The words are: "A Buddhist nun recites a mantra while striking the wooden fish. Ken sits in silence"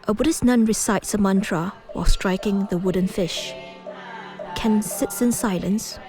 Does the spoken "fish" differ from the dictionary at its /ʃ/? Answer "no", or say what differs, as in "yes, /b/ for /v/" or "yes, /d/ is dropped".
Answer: no